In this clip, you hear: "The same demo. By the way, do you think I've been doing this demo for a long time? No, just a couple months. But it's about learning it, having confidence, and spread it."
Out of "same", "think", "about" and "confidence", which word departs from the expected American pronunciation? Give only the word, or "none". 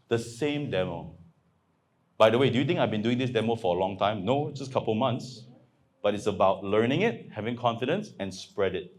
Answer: think